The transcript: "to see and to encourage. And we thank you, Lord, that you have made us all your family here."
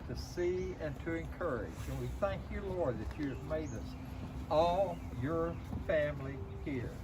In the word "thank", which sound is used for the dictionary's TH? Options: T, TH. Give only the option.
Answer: TH